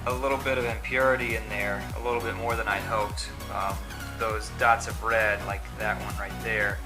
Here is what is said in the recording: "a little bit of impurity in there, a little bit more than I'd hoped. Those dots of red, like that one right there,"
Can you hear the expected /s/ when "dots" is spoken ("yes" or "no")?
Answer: yes